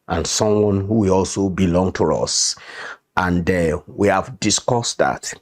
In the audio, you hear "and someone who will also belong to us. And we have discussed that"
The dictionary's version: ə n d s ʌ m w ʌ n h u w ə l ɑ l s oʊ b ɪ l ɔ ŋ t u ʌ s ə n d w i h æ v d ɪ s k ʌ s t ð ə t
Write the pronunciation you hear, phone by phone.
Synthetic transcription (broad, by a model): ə n s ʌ m w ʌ n h u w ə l ɑ l s oʊ b ɪ l ɔ ŋ t u ʌ s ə n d w i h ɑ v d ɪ s k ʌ s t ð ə t